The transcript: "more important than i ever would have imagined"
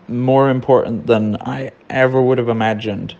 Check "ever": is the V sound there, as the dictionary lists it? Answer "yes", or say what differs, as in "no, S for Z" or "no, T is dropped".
yes